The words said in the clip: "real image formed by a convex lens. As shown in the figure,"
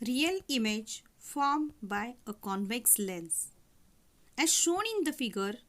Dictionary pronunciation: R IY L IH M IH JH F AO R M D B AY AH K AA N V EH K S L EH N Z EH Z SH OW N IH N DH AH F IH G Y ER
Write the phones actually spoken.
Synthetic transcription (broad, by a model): R IY L IH M IH JH F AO R M B AY AH K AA N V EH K S L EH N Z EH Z SH OW N IH N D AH F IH G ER